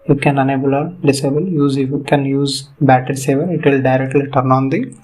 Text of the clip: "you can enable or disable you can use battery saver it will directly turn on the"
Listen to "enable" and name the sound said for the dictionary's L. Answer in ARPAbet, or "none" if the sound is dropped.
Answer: L